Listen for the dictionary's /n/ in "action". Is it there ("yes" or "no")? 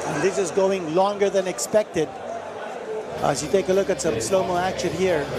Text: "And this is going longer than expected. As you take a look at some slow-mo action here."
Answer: yes